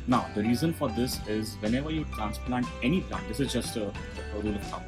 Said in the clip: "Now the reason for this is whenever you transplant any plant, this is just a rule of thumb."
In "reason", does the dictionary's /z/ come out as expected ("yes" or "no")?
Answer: yes